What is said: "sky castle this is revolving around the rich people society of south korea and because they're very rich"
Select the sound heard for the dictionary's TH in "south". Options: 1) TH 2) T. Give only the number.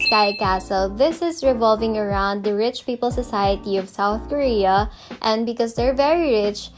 1